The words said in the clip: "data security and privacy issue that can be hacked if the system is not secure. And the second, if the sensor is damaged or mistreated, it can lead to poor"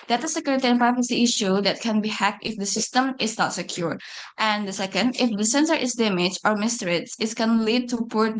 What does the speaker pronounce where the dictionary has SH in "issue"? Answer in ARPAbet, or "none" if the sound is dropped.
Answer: SH